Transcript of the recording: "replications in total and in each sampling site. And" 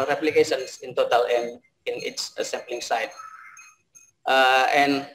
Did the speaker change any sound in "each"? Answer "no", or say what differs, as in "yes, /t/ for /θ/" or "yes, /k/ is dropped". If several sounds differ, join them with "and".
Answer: yes, /s/ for /tʃ/